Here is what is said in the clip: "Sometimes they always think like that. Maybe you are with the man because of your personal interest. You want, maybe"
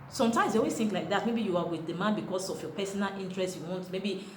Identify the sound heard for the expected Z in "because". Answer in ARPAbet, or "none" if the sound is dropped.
S